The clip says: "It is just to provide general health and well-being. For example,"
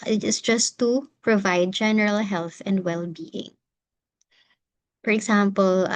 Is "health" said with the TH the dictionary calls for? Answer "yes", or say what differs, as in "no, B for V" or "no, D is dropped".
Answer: yes